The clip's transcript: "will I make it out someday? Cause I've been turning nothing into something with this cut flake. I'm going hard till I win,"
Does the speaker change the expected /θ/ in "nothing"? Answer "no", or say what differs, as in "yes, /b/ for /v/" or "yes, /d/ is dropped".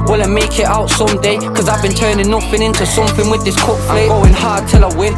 yes, /f/ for /θ/